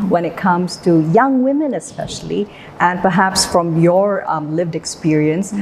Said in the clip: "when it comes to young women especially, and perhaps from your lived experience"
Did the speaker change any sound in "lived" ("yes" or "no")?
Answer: no